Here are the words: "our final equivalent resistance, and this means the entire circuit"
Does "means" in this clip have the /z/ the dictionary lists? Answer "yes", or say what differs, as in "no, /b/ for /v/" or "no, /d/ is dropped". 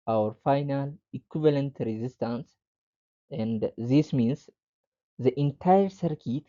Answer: no, /s/ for /z/